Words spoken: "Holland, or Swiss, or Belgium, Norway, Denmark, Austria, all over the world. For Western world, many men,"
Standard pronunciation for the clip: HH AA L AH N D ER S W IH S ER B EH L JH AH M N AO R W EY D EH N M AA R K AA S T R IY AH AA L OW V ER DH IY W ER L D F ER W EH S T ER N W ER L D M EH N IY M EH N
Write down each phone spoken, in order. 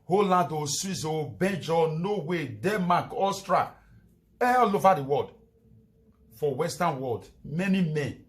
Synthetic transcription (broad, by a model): HH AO L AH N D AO S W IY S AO B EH N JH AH N AO W EY D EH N M AA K AA S T R IY AH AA L OW V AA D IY W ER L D F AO W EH S T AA N W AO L D M EH N IY M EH N